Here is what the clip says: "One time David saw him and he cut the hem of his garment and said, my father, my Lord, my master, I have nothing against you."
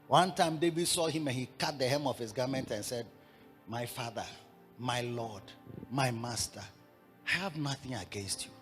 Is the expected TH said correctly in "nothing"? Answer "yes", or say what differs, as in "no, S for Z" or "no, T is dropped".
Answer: yes